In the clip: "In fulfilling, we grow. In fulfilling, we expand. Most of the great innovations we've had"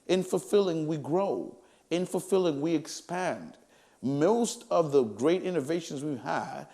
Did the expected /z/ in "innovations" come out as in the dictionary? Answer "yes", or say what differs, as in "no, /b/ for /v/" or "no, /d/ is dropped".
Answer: yes